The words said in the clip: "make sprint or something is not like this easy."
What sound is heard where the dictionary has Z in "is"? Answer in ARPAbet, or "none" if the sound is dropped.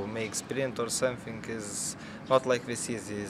Z